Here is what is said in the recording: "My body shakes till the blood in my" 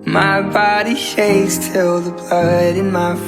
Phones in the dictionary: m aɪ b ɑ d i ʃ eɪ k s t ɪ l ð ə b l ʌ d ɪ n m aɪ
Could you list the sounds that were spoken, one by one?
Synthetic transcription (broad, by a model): m aɪ b ɑ d i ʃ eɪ s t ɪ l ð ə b ʌ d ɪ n m aɪ